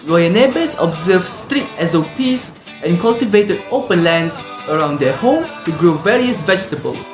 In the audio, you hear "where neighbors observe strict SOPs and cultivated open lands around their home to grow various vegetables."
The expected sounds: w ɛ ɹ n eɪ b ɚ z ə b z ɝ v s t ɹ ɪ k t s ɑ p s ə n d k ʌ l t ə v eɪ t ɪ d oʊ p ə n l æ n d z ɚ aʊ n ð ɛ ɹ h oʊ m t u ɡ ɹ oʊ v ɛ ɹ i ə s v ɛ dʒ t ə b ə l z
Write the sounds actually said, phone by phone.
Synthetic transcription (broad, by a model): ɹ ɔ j n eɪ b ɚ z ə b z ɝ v s t ɹ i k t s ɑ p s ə n k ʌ l t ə v eɪ t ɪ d oʊ p ə n l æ n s ɚ aʊ n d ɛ h oʊ m t u ɡ ɹ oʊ v ɛ ɹ i ə s v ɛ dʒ t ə b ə l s